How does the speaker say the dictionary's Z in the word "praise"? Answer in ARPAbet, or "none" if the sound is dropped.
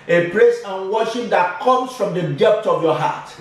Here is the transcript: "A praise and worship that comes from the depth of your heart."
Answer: S